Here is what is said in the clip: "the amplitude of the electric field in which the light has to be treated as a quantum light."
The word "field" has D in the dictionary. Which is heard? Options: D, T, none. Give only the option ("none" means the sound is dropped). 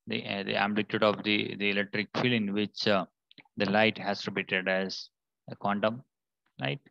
none